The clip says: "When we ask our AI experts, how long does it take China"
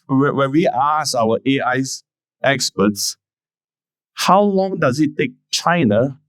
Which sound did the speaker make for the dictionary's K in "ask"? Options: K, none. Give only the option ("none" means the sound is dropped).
none